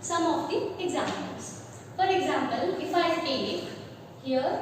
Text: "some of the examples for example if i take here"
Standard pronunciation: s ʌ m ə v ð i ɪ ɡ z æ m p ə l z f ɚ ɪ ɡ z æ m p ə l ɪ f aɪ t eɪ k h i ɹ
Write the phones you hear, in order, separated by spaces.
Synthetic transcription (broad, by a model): s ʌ m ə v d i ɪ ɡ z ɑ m ə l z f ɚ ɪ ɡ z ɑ m p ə l ɪ f aɪ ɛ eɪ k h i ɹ